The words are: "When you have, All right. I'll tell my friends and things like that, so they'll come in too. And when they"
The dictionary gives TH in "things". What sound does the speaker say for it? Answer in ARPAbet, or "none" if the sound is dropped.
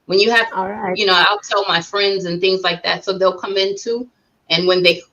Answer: TH